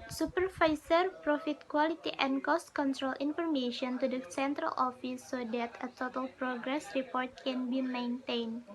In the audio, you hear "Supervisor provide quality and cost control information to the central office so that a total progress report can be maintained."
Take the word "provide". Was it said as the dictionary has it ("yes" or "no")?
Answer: no